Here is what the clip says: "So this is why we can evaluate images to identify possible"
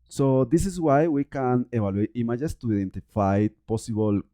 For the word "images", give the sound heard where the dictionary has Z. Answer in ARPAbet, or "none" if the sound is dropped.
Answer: S